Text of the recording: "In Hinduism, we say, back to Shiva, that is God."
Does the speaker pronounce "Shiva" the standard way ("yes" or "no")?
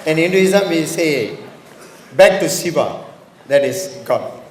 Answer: no